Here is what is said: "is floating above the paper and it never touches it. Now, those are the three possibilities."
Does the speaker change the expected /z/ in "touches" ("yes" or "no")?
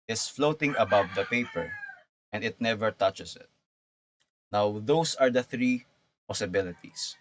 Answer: yes